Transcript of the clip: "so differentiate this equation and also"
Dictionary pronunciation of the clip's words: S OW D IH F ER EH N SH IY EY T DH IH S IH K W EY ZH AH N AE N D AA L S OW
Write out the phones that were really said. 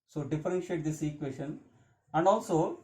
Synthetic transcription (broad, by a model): S OW D IH F ER EH N SH IY EY T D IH S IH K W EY SH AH N AE N D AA L S OW